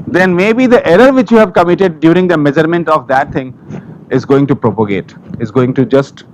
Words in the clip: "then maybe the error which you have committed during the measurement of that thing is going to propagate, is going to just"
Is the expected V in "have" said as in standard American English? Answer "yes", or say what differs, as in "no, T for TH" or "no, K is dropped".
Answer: yes